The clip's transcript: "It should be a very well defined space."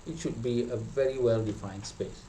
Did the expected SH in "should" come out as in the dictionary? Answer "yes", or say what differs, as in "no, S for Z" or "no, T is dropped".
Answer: yes